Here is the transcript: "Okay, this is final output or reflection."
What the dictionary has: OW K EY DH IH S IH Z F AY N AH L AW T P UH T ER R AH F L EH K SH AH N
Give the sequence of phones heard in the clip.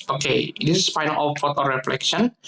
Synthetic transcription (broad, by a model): OW K EY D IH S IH S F AY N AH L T F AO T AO R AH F L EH K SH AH N